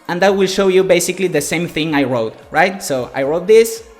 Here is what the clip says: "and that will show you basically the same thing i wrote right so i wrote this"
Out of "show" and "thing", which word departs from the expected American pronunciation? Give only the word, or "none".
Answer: none